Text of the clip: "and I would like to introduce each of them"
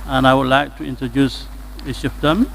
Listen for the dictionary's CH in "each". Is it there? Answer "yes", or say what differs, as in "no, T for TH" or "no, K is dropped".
no, SH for CH